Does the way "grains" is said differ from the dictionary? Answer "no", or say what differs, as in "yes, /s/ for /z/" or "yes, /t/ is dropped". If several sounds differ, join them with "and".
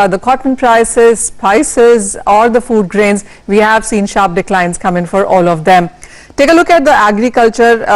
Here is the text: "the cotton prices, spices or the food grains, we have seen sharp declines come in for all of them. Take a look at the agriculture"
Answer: no